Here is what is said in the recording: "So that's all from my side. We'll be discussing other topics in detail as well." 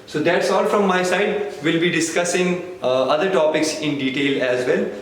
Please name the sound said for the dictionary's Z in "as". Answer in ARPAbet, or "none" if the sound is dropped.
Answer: Z